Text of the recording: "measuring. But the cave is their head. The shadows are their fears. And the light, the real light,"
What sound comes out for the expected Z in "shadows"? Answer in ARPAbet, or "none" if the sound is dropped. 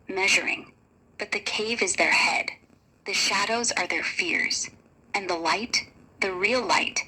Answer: Z